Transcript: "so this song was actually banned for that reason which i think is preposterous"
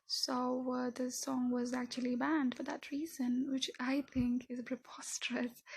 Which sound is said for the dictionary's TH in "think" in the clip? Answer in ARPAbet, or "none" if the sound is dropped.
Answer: TH